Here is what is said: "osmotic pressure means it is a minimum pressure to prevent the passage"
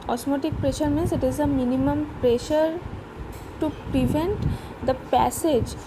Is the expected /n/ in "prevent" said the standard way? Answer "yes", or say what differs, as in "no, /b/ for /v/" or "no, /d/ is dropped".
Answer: yes